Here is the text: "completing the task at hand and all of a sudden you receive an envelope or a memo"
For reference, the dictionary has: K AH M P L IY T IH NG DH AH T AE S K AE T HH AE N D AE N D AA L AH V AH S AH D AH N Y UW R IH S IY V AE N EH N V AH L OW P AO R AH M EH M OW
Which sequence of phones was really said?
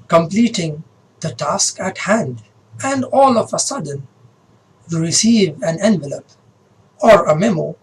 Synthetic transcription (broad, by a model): K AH M P L IY T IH NG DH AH T AE S K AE T HH AE N D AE N D AA L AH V AH S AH D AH N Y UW R IH S IY V AE N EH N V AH L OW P AO R AH M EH M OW